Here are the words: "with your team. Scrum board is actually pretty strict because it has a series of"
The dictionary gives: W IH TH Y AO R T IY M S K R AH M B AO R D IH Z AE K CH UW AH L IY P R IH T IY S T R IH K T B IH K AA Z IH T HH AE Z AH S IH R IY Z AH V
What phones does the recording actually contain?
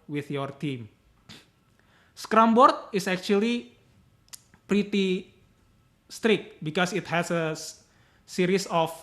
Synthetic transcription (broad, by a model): W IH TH Y AO R T IY M S K R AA M B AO R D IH S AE K CH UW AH L IY P R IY T IY S T R IH K T B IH K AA S IH T HH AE S AH S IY R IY S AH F